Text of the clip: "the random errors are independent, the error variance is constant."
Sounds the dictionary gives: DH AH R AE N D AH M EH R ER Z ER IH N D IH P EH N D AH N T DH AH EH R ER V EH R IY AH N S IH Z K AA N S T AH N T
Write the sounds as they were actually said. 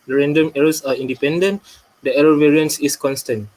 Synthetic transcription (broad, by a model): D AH R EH N D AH M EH R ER S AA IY N D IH P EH N D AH N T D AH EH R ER V EH R IY AH N S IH S K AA N S T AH N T